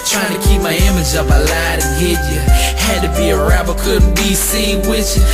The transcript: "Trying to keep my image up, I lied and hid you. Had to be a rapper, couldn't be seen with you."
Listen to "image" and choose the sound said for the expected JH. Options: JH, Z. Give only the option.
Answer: JH